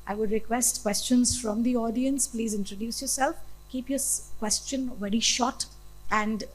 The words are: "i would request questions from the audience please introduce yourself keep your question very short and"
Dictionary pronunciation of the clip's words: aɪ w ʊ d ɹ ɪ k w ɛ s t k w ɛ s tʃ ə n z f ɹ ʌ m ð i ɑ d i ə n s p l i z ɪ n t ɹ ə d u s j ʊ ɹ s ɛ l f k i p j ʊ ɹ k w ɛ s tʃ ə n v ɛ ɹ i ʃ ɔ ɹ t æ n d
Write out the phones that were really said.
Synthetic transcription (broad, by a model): aɪ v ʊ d ɹ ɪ k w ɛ s t k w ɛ s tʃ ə n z f ɹ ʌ m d i ɑ d i ə n s p l i z ɪ n t ɹ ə d u s j ʊ ɹ s ɛ l f k i p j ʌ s k w ɛ s tʃ ə n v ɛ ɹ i ʃ ɔ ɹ t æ n d